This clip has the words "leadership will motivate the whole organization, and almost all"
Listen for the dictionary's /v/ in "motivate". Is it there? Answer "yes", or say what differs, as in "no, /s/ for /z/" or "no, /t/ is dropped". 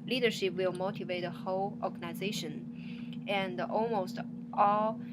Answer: yes